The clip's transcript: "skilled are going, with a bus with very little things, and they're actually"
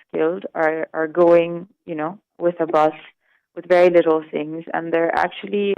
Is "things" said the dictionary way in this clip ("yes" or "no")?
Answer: yes